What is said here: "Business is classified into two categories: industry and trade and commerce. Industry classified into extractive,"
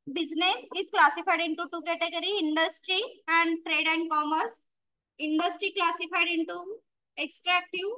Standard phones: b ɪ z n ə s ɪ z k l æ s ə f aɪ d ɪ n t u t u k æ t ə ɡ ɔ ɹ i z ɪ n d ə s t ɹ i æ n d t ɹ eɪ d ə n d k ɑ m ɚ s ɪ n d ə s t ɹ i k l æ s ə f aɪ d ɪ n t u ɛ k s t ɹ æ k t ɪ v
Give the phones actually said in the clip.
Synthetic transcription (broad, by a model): b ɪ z n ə s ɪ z k l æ s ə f aɪ d ɪ n t u t u k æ t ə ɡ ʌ ɹ i ɪ n d ə s t ɹ i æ n d t ɹ eɪ d ə n d k ɑ m ɚ s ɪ n d ə s t ɹ i k l æ s ə f aɪ d ɪ n t u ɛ k s t ɹ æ k t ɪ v